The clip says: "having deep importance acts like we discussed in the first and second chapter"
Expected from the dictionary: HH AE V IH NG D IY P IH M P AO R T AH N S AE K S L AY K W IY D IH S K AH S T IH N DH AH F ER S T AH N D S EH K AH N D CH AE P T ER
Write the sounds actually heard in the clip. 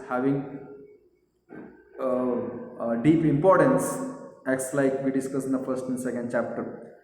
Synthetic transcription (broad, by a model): HH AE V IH NG D IY P IH M P AO R T AH N S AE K S L AY K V IY D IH S K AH S IH N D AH F ER S T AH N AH S EH K AH N D CH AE P T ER